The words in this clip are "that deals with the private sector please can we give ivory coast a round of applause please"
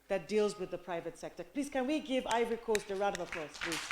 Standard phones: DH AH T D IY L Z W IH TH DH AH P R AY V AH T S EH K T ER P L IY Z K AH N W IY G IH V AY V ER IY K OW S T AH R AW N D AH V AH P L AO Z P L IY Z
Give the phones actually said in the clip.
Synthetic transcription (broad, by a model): DH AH T D IY L Z W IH DH AH P R AY V AH T S EH K T ER P L IY Z K AH N W IY G IH V AY V ER IY K OW S T AH R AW D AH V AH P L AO S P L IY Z